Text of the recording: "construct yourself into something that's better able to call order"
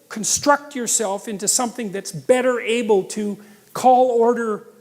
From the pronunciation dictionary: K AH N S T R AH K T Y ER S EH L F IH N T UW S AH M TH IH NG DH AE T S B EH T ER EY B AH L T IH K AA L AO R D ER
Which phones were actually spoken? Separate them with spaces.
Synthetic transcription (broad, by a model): K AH N S T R AH K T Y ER S EH L F IH N T UW S AH M TH IH NG DH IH T S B EH T ER EY B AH L T IH K AA L AO R D ER